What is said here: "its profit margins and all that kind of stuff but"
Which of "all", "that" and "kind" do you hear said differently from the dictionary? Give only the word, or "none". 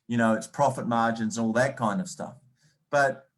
none